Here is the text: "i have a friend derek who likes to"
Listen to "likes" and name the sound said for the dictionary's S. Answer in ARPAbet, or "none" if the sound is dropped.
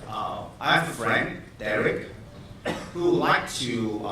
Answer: none